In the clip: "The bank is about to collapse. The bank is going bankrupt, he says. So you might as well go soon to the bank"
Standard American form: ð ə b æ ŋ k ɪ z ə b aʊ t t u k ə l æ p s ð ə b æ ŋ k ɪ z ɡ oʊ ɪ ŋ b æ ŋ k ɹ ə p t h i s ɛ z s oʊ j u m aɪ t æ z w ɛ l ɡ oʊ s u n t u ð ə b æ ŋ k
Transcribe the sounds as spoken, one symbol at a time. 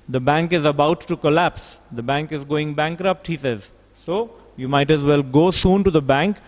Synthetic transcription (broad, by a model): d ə b æ ŋ k ɪ z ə b aʊ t t u k ə l æ p s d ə b æ ŋ k ɪ z ɡ oʊ ɪ ŋ b æ ŋ k ɹ ə p t h i s ɛ z s oʊ j u m aɪ t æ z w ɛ l ɡ oʊ s u n t u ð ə b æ ŋ k